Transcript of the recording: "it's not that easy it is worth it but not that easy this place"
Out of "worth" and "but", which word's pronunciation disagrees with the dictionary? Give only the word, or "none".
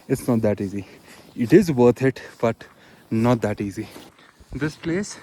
worth